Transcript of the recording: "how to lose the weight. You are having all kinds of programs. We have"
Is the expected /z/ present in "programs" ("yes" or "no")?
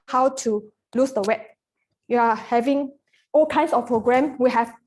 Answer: no